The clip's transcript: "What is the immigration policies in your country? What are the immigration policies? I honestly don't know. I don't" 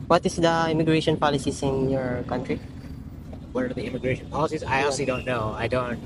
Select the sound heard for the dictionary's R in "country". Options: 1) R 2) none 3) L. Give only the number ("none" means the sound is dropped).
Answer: 1